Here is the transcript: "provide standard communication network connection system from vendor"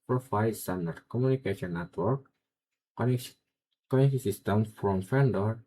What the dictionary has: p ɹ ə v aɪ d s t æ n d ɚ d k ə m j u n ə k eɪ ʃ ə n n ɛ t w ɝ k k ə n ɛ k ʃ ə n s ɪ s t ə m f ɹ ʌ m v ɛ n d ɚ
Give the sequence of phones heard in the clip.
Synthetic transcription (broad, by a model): p ɹ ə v aɪ s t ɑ n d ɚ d k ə m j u n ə k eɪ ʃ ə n n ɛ t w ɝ k k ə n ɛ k ə s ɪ s t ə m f ɹ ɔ m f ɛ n d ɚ